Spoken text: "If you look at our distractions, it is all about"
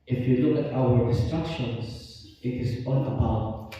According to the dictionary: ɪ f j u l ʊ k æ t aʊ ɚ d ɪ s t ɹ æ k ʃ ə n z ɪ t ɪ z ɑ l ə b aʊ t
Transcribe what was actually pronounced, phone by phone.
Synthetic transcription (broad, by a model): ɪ f j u l ʊ k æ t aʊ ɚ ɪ s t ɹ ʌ k ʃ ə n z ɪ t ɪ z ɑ n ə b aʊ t